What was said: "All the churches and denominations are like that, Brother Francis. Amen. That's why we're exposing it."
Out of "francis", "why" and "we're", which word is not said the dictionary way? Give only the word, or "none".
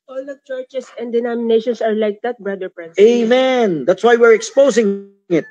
francis